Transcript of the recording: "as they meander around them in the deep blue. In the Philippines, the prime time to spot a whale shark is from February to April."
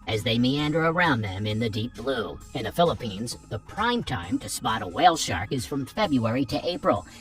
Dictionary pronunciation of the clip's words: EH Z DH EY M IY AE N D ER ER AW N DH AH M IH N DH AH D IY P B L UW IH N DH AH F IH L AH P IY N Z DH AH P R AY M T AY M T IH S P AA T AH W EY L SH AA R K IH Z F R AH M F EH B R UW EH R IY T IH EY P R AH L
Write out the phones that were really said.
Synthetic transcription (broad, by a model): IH Z DH EY M IY AE N D ER ER AW N DH AH M IH N DH AH D IY P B L UW IH N DH AH F IH L AH P IY N Z DH AH P R AY M T AY M T IH S P AA T AH W EY L SH AA R K IH Z F R AH M F EH B R UW EH R IY T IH EY P R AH L